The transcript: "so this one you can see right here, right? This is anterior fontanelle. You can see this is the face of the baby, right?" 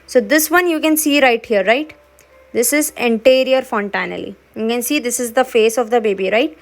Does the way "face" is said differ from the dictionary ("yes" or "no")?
no